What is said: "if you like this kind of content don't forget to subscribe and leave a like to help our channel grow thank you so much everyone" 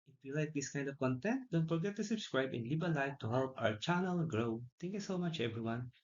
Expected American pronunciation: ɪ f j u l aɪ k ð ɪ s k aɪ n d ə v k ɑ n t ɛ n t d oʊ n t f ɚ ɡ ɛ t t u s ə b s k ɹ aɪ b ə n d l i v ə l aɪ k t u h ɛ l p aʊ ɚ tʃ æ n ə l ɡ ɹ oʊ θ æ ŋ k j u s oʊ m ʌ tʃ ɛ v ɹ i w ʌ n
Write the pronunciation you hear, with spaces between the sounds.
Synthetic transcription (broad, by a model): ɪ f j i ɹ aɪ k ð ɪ s k aɪ n d ə v k ɑ n t ɛ n t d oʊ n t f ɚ ɡ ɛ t t u s ə b s k ɹ aɪ b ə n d l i b ə l aɪ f t u h ɛ l p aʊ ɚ tʃ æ n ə l ɡ ɹ oʊ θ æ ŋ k j u s oʊ m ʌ tʃ ɛ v ɹ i w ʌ n